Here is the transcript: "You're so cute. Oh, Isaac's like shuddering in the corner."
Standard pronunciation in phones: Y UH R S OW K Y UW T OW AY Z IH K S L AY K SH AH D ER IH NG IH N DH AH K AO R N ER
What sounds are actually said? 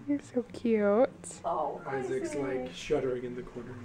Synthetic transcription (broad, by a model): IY S OW K Y UW T OW AY Z IH K S L AY K SH AH D ER IH NG IH N DH AH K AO R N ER